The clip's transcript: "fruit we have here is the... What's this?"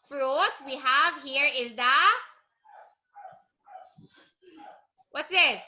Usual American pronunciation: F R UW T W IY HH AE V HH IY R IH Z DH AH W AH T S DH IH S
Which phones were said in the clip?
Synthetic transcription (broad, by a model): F R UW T W IY HH AE V HH IY R IH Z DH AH W AH T S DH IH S